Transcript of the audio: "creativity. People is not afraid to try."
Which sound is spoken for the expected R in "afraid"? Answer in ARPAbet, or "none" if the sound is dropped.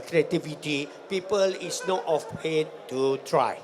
W